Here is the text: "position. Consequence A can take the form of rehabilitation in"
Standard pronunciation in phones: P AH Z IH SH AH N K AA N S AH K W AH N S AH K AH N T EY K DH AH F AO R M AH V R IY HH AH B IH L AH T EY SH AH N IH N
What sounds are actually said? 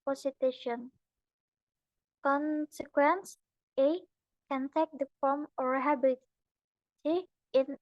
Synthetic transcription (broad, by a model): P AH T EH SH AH N K AA N S AH K W AH N S AH K AH N T EY K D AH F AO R M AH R HH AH B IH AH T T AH IH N